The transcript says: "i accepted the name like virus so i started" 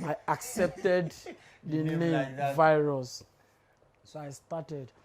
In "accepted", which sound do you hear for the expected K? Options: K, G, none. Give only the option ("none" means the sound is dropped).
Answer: K